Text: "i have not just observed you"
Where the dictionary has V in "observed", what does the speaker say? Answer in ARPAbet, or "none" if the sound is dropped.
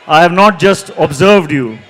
V